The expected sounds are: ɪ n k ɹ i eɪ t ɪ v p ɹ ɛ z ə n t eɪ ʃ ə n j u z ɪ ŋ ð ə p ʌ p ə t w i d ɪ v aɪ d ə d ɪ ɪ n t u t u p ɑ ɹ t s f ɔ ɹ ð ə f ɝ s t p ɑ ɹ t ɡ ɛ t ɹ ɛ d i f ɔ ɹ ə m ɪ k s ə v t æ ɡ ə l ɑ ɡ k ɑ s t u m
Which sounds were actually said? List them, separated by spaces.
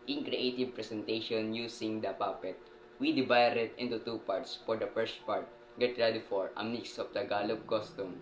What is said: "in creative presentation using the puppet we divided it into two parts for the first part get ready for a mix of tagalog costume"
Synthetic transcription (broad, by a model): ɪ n k ɹ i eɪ t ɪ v p ɹ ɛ s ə n t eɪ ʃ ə n j u s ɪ ŋ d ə p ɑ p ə t w i d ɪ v aɪ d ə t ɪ ɪ n t u t u p ɑ ɹ t s f ɔ ɹ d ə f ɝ s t p ɑ ɹ t ɡ ɛ t ɹ ɛ d i f ɔ ɹ ə m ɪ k s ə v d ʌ ɡ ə l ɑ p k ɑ s t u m